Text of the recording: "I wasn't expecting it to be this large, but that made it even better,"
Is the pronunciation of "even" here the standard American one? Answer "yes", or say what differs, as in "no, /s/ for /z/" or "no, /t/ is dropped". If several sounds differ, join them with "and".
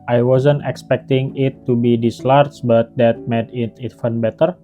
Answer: no, /f/ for /v/